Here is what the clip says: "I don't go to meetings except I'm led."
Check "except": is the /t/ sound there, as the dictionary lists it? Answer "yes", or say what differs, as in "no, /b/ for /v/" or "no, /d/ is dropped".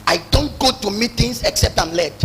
yes